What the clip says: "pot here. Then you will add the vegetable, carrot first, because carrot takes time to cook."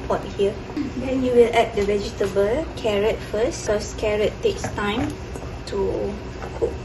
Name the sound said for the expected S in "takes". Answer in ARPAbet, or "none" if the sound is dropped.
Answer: S